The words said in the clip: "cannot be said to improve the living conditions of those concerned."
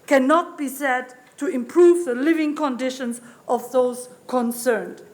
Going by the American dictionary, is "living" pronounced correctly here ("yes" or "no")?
yes